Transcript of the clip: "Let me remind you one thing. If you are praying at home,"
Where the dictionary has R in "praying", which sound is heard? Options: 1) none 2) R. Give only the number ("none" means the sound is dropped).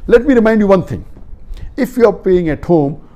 1